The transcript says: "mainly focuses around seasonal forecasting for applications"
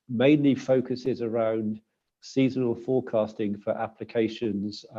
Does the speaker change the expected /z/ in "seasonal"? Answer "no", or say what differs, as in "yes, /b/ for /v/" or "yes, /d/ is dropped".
no